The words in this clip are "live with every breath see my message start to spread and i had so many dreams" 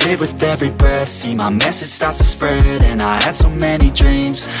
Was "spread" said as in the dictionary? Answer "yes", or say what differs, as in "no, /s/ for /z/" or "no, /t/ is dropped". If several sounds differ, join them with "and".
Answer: yes